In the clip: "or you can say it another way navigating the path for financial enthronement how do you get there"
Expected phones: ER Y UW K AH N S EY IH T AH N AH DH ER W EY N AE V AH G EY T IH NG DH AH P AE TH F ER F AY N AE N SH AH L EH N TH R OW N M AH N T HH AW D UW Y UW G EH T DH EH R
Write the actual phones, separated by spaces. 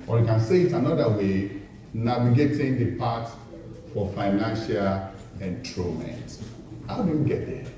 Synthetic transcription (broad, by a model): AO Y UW K AH N S EY IH T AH N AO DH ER W EY N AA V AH G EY T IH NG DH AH P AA T F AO F AY N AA N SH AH L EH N T R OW M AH N T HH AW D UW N G EH T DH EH